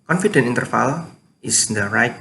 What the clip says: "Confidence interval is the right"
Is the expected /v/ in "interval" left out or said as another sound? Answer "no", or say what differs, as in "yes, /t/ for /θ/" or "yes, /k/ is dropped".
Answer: yes, /f/ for /v/